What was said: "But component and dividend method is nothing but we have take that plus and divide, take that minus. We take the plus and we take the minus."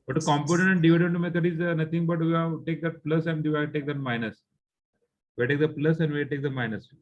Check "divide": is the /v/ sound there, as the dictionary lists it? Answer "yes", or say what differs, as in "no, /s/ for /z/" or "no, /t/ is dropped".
no, /v/ is dropped